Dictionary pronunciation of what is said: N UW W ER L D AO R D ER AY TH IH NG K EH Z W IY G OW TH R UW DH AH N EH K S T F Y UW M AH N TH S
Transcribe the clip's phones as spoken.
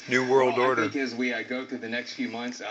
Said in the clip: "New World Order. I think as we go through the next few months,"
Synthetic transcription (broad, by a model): N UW W ER L D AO R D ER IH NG K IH Z W IY G OW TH UW DH AH N EH K S T F Y UW M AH N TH S